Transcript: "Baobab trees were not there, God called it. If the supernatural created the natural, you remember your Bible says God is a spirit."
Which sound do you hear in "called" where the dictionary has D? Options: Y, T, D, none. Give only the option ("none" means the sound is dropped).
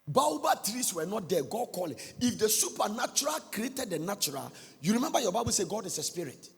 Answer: none